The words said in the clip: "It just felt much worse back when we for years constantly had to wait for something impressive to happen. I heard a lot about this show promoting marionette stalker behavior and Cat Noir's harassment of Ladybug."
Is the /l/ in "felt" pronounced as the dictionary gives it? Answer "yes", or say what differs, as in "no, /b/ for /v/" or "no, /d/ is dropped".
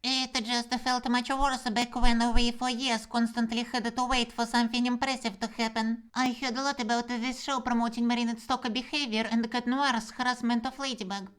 yes